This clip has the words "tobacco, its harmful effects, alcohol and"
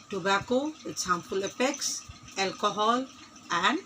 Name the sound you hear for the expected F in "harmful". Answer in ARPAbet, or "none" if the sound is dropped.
P